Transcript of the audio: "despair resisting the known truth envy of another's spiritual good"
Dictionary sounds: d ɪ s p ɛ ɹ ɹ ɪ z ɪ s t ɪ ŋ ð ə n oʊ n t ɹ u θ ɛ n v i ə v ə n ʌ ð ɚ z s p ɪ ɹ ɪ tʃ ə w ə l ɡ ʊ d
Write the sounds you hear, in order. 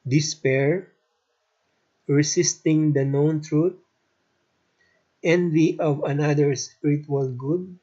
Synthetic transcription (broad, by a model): d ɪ s p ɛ ɹ ɹ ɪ s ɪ s t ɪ ŋ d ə n oʊ n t ɹ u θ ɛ n v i ə v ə n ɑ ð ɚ s p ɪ ɹ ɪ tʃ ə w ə l ɡ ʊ d